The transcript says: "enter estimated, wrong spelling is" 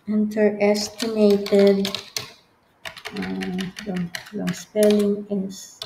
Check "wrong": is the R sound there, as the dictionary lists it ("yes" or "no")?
no